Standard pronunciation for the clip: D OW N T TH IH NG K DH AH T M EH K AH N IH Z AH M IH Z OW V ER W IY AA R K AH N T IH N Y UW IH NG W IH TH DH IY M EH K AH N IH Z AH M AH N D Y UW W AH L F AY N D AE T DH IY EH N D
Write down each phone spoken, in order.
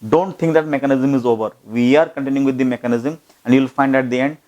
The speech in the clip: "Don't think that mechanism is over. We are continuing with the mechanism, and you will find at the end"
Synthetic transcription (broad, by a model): D OW N T T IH NG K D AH T M EH K AH N IH Z AH M IH Z OW V ER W IY AA R K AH N T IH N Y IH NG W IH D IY M EH K AH N IH Z AH M AH N D Y UW L F AY N D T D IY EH N D